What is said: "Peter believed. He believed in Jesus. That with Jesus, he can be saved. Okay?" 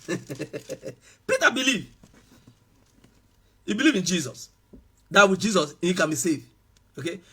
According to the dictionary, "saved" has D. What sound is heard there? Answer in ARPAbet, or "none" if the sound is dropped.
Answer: none